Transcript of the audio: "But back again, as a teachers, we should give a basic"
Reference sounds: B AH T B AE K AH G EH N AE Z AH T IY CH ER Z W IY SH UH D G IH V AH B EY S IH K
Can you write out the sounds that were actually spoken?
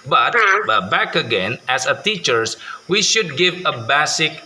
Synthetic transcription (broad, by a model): B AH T B AE K AH G EH N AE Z AH T IY CH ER S W IY SH UH D G IH V AH B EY S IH K